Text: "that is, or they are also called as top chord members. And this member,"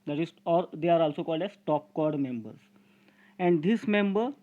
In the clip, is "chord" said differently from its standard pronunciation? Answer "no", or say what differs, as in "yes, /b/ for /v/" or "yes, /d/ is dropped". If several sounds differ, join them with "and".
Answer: no